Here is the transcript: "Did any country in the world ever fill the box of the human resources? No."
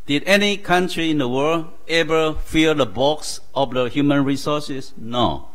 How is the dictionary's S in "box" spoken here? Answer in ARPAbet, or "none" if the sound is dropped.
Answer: S